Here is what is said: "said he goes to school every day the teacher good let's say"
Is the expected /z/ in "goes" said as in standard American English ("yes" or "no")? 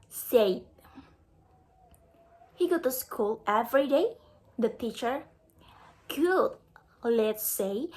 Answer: no